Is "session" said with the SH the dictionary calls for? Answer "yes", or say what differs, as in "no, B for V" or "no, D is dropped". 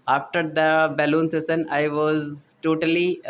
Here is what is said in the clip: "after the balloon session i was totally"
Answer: no, S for SH